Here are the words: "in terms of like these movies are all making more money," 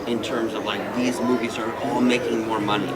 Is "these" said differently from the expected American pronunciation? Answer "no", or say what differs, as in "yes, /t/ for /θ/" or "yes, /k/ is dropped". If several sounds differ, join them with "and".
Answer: no